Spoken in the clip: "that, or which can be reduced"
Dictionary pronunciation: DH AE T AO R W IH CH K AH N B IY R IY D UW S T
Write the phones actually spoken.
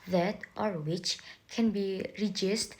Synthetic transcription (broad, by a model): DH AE T AO R W IH CH K AH N B IY R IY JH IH S T